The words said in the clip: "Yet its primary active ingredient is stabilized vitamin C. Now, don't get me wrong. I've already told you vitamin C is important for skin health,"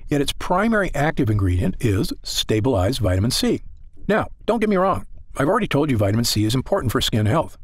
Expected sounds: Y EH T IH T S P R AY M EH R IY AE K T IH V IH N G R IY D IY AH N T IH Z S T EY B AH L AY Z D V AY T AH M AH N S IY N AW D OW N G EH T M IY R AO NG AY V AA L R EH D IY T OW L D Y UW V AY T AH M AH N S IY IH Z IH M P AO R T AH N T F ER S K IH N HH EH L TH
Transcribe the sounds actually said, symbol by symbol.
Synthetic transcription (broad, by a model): Y EH T IH T S P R AY M EH R IY AE K T IH V IH N G R IY D IY AH N T IH Z S T EY B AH L AY Z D V AY T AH M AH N S IY N AW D OW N G EH T M IY R AO NG AY V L R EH D IY T OW L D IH V AY T AH M AH N S IY IH Z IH M P AO R T N T F ER S K IH N HH EH L TH